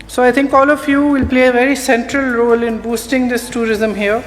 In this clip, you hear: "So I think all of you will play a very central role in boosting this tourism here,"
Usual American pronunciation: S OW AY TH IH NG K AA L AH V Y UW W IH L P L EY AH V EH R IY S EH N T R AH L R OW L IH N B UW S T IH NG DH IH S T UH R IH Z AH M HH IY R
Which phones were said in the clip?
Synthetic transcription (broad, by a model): S OW AY T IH NG K AA L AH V Y UW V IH L P L EY AH V EH R IY S EH N T R AH L R OW L IH N B UW S T IH NG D IH S T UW R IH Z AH M HH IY R